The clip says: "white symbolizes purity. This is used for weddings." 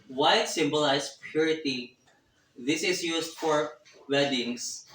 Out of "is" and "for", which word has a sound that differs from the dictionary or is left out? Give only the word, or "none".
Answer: is